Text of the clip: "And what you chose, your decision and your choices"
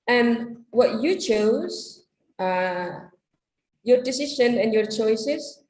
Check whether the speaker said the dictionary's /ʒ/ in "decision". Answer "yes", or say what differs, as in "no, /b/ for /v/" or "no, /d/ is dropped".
no, /ʃ/ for /ʒ/